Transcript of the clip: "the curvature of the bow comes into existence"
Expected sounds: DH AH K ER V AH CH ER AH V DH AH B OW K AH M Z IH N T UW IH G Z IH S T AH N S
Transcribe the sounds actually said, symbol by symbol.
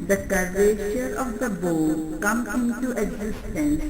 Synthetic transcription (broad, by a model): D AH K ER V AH SH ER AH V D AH B OW K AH M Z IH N T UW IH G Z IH S T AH N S